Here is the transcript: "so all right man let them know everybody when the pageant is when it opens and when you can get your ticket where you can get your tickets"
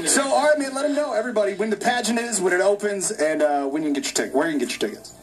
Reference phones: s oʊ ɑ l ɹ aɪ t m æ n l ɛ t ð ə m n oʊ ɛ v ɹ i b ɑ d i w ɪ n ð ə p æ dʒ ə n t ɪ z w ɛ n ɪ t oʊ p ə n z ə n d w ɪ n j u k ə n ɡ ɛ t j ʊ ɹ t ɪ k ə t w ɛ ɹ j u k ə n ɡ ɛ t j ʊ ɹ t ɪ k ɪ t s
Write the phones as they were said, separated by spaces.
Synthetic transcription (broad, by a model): s oʊ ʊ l ɹ aɪ t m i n l ɛ t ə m n oʊ ɛ v ɹ i b ɑ d i w ɪ n ð ə p æ dʒ ə n t ɪ z w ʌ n ɪ t oʊ p ə n z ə n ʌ w ɪ n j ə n ɡ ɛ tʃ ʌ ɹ t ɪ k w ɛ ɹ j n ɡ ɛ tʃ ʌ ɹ t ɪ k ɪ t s